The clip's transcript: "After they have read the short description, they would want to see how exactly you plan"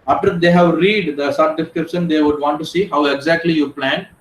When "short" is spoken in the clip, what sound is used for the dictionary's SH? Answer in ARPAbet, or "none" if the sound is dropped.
S